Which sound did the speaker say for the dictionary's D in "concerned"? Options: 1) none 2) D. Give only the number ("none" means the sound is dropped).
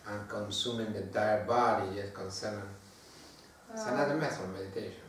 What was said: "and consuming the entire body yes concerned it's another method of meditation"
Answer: 1